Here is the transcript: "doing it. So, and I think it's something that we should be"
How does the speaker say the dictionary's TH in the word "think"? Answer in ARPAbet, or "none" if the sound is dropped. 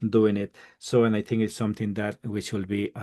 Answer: T